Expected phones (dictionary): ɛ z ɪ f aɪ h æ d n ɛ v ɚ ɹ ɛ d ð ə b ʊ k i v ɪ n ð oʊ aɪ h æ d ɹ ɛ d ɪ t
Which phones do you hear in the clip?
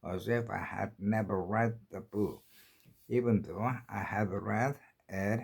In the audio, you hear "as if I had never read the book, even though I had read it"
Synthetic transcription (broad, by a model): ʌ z ɪ f aɪ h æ d n ɛ v ɚ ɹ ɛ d ð ə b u i v ɪ n ð oʊ aɪ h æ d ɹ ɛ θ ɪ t